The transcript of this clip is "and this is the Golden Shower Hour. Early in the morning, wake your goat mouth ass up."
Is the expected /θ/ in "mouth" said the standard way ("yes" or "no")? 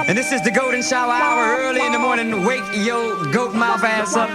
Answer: no